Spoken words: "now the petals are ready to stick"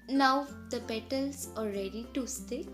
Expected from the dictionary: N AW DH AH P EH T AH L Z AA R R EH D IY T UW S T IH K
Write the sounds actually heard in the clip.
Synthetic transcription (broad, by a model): N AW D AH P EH T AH L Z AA L R EH D IY T UW S T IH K